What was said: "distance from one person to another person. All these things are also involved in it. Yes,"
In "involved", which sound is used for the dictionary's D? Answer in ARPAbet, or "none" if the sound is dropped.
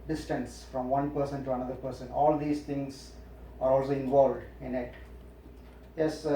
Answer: D